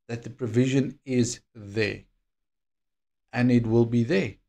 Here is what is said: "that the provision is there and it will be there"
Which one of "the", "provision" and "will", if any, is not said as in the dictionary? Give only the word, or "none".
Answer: none